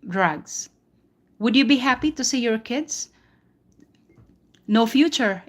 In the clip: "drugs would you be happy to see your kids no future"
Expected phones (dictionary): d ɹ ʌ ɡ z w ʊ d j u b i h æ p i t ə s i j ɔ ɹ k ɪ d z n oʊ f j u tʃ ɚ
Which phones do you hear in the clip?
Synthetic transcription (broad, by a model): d ɹ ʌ ɡ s w ʊ d j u b i h æ p i t ə s i j ɔ ɹ k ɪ d s n oʊ f j u tʃ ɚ